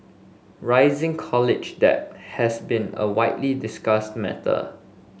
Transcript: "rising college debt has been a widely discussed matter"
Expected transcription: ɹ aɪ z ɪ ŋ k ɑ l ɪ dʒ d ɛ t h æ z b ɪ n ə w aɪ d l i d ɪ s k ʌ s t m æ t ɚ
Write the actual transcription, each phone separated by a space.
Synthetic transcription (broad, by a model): ɹ aɪ z ɪ ŋ k ɑ l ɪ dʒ d ɛ t h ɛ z b ɪ n ə w aɪ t l i d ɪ s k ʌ s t m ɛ t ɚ